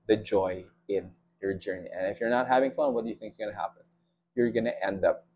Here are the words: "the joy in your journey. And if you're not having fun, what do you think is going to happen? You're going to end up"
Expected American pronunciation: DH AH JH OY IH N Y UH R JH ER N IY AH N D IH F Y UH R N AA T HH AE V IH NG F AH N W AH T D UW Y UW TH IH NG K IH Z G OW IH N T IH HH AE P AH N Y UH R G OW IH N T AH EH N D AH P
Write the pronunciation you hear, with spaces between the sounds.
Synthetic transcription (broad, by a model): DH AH JH OY IH N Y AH R JH ER N IY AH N IH F Y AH R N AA T HH AE V IH NG F AH N W AH T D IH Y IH TH IH NG K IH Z G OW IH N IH HH AE P AH N Y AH R G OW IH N T EH N D AH P